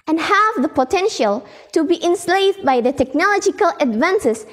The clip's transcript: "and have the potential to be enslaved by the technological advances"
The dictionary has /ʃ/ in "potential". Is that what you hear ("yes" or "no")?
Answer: yes